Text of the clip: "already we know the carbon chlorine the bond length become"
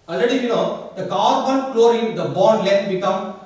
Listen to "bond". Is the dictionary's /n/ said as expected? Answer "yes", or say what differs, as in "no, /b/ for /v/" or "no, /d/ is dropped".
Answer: no, /l/ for /n/